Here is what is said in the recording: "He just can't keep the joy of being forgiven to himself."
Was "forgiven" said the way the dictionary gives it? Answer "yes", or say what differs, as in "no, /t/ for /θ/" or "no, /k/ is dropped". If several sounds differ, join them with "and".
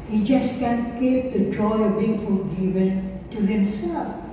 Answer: no, /l/ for /ɹ/